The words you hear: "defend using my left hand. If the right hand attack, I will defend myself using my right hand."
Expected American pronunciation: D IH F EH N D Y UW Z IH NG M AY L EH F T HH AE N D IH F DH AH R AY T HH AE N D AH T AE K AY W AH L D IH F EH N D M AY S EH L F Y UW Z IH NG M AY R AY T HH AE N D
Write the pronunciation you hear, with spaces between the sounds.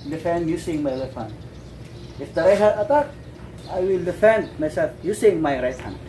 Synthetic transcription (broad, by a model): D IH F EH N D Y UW S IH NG M AY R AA T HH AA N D IH F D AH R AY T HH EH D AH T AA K AY W AH L D IH F EH N D M AY S EH L F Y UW S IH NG M AY R AY T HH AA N